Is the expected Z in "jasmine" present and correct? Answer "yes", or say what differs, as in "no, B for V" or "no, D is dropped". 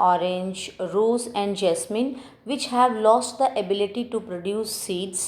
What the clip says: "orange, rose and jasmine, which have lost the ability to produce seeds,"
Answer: no, S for Z